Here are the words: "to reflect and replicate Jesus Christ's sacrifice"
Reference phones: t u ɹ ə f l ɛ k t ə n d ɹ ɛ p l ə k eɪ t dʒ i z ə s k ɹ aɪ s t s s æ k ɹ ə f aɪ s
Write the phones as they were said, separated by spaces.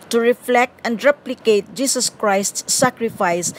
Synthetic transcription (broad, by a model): t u ɹ ə f l ɛ k t ə n d ɹ ɛ p l ə k eɪ t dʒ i s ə s k ɹ aɪ s t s s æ k ɹ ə f aɪ s